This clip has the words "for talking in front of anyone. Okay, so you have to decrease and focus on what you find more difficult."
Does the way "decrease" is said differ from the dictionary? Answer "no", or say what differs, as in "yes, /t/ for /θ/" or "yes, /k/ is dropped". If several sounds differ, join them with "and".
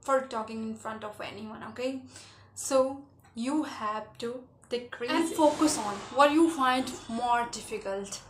yes, /s/ is dropped